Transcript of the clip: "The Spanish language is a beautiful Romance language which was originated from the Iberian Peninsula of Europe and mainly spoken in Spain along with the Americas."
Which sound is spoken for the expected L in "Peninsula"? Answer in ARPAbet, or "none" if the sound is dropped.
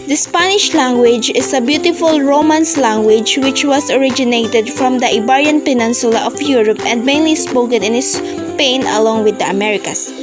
L